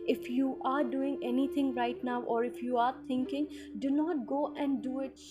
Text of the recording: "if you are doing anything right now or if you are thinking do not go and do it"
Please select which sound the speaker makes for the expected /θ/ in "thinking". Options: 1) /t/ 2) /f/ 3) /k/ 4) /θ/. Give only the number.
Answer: 1